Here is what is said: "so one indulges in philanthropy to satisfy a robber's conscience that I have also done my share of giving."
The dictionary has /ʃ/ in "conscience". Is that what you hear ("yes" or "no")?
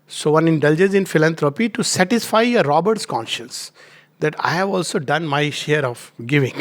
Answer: yes